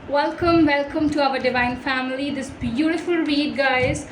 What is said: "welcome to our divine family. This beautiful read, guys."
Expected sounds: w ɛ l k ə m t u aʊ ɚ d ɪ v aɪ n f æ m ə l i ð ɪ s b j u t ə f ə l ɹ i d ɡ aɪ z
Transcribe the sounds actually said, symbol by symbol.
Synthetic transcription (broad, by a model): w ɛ l k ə m t u aʊ ɚ d ɪ v aɪ n f æ m ə l i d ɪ s b j u t ə f ə l w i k ɡ aɪ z